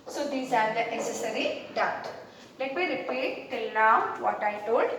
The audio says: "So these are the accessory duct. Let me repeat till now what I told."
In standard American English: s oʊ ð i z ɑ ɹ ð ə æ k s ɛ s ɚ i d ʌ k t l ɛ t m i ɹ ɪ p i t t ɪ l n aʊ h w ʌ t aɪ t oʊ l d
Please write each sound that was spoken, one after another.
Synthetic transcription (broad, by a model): s oʊ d i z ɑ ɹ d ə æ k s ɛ s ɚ i d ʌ t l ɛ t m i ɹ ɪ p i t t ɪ l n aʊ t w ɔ t aɪ t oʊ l d